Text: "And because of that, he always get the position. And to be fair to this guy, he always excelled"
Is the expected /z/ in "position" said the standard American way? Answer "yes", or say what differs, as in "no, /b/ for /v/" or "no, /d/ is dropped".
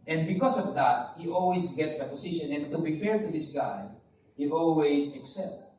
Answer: no, /s/ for /z/